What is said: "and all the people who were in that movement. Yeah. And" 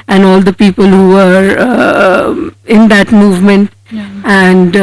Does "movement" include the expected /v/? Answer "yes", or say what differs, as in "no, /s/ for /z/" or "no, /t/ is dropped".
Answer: yes